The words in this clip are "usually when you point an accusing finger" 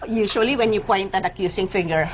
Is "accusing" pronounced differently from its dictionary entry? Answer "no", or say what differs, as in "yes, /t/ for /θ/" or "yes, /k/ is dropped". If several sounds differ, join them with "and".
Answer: yes, /s/ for /z/